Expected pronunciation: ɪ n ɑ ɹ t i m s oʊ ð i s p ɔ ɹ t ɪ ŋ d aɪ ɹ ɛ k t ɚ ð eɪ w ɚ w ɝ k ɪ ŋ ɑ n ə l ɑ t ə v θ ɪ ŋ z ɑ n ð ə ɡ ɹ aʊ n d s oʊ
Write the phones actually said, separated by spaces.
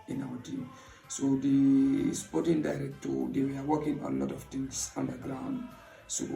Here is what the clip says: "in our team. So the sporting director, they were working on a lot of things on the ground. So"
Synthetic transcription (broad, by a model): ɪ n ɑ w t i s oʊ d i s p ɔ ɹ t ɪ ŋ d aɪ ɹ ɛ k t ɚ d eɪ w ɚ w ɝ k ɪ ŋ ɑ n l ɑ t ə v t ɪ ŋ s ɑ n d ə ɡ ɹ aʊ n d s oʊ